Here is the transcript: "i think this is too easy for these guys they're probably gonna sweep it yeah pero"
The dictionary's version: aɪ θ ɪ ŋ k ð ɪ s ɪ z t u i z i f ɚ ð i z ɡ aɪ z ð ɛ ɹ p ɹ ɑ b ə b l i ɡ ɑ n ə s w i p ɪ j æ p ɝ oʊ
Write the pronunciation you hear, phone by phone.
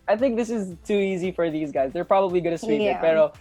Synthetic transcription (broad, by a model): aɪ θ ɪ ŋ k ð ɪ s ɪ z t u i z i f ɚ ð i z ɡ aɪ z ð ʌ ɹ p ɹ ɑ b ə b l i ɡ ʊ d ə s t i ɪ ɪ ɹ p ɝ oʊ